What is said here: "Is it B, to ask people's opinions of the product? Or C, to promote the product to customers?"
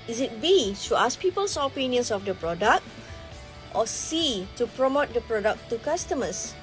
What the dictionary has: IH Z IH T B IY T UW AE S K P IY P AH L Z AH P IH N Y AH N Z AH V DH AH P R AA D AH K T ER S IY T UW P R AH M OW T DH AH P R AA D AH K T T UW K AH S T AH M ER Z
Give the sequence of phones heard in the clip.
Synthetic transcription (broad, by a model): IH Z IH T B IY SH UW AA S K P IY P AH L S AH P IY N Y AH N S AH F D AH P R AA D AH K T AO S IY T UW P R AH M OW T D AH P R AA D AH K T T UW K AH S T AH M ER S